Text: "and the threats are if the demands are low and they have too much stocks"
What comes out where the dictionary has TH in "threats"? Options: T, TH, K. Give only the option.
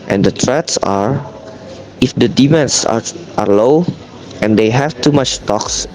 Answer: T